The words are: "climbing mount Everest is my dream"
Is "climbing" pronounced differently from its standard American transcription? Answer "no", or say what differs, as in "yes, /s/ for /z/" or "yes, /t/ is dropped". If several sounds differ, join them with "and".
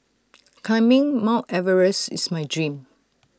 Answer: yes, /l/ is dropped